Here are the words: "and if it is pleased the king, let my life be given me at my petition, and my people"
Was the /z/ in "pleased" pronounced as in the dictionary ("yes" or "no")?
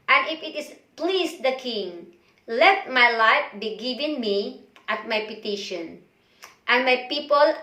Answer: no